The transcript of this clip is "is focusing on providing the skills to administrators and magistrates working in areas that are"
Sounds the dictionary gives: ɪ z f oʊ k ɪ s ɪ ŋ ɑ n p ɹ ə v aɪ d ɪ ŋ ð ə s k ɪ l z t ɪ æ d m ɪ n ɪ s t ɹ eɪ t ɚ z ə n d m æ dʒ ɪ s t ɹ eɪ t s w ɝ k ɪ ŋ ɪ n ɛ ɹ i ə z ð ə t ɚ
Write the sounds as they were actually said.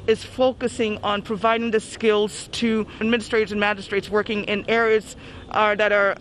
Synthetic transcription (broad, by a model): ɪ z f oʊ k ɪ s ɪ ŋ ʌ n p ɹ ə v aɪ d ɪ ŋ ð ə s k ɪ l z t ɪ d m ɪ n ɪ s t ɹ eɪ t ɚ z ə n m æ dʒ ɪ s t ɹ eɪ t s w ɝ k ɪ ŋ ɪ n ɛ ɹ i ə z ð ə t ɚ